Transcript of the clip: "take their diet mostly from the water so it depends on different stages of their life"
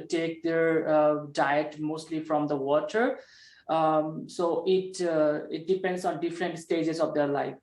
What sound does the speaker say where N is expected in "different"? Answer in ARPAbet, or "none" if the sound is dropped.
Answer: N